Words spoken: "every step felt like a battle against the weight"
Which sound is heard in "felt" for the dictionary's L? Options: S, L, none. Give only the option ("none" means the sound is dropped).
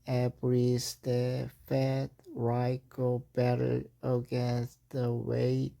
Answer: none